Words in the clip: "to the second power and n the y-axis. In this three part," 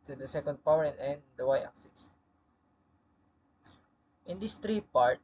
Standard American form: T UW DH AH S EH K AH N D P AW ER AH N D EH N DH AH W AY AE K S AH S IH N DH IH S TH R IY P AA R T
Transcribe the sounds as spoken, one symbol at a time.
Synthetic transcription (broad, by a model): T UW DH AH S EH K AH N D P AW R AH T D EH N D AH W AY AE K S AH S IH N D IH S T R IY P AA R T